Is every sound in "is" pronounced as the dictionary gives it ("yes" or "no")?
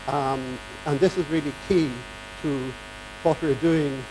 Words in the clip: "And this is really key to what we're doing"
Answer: yes